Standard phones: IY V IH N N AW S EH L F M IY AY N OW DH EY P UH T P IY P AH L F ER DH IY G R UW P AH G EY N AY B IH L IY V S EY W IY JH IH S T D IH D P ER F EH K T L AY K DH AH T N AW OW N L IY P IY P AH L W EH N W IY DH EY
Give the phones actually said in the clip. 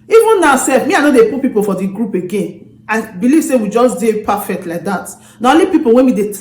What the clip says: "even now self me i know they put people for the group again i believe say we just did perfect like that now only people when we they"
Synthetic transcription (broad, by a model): IY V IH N N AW S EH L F M IY AY N OW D EY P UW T P IY P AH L F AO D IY G R UW P AH G EY N AY B IH L IY V S EY W IY JH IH S D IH P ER F EH K T L AY K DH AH T N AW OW L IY P IY P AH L W EH N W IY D EY